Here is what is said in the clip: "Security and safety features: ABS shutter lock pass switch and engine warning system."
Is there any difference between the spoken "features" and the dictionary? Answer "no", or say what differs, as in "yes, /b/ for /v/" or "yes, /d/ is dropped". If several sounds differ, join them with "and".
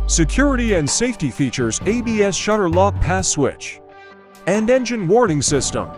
no